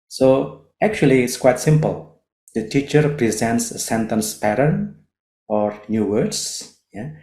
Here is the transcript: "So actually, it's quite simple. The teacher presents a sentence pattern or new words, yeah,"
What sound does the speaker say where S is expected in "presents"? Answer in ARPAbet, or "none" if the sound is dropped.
S